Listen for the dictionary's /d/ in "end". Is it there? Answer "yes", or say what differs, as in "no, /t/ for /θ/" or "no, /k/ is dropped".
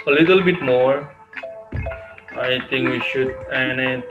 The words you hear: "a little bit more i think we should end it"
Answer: no, /d/ is dropped